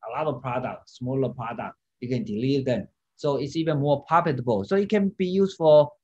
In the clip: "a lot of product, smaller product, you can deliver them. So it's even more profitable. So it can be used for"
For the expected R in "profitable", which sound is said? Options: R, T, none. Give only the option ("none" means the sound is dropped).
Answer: none